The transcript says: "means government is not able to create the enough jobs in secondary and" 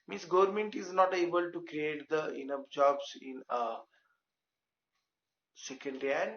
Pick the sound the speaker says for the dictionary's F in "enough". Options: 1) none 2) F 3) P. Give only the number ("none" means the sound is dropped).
3